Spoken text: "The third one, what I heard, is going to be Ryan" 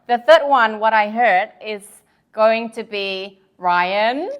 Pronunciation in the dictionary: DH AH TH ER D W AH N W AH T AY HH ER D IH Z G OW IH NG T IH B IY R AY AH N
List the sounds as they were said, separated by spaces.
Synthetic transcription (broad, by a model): DH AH TH ER D W AH N W AH T AY HH ER D IH Z G OW IH NG T IH B IY R AY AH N